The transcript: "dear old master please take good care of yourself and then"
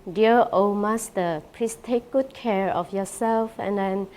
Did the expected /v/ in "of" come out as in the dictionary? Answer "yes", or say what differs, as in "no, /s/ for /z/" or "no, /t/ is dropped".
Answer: no, /f/ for /v/